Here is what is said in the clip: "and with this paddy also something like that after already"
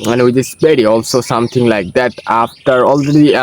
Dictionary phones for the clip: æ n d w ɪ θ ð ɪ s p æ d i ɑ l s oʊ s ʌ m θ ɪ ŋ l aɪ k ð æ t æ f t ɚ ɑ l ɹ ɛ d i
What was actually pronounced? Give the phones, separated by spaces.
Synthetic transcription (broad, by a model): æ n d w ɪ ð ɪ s b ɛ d i ɑ l s oʊ s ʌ m t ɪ ŋ l aɪ k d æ t æ f t ɚ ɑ l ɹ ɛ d i